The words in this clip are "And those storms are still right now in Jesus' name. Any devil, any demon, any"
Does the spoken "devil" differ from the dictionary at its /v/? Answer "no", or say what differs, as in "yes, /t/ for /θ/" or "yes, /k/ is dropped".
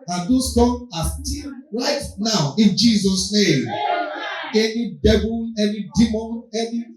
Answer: yes, /b/ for /v/